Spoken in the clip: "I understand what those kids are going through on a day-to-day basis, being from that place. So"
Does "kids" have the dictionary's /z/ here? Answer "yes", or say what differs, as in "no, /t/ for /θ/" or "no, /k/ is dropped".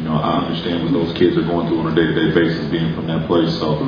yes